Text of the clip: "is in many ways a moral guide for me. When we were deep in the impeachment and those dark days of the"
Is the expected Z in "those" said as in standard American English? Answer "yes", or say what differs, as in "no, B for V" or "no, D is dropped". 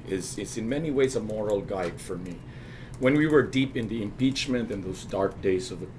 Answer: yes